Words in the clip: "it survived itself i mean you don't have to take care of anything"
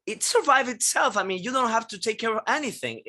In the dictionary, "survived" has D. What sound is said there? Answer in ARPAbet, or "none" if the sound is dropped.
none